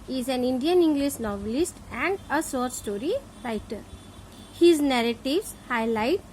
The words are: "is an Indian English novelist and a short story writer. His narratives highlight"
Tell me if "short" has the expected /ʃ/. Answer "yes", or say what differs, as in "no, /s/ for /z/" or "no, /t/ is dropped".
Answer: no, /s/ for /ʃ/